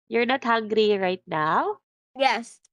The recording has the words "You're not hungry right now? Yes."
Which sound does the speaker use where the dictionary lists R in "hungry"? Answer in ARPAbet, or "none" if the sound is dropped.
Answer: R